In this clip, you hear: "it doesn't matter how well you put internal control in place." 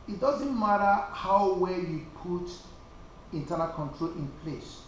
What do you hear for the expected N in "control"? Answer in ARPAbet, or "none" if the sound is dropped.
N